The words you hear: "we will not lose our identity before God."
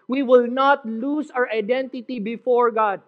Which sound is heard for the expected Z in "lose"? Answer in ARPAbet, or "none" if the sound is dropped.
S